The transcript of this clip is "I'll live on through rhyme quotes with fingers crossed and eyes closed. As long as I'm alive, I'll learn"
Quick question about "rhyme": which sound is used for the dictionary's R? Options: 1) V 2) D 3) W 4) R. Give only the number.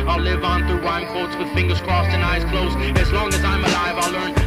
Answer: 3